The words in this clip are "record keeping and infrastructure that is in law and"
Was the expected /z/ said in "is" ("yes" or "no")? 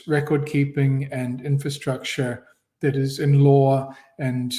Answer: yes